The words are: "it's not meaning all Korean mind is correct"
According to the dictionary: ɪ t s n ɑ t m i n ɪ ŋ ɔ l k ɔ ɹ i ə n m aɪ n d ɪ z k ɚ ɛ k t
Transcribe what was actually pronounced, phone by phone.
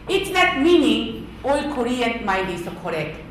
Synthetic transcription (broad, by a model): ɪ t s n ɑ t m i n ɪ ŋ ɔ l k ɔ ɹ i ə n m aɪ d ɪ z k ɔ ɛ k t